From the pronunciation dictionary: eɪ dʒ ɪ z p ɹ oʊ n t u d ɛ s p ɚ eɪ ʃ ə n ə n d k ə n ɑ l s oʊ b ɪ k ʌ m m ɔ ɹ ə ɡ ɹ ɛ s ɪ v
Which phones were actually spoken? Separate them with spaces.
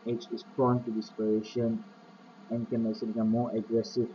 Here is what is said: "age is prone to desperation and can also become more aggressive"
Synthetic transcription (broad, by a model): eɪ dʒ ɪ s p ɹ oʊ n t u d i s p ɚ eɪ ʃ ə n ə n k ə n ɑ s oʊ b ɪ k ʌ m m ɔ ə ɡ ɹ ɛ s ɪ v